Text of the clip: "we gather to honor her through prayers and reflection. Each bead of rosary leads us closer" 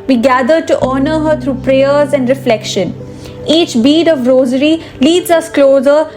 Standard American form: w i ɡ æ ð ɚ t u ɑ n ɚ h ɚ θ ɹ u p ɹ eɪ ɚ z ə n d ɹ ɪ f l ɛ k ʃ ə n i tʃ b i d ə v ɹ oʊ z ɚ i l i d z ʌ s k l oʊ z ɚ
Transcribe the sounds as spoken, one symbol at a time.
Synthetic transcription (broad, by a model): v i ɡ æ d ɚ t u ɑ n ɚ h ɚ t ɹ u p ɹ eɪ ɚ z ə n d ɹ ɪ f l ɛ k ʃ ə n i tʃ b i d ə v ɹ oʊ z ɚ i l i d z ʌ s k l oʊ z ɚ